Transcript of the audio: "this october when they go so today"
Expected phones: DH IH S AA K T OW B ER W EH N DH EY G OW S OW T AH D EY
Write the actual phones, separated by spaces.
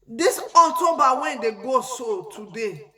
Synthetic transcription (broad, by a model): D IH S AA T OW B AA W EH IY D EY G OW S OW T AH D EY